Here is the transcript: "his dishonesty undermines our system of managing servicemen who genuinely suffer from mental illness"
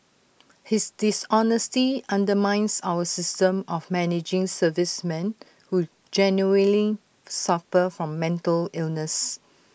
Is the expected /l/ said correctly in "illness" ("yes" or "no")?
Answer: yes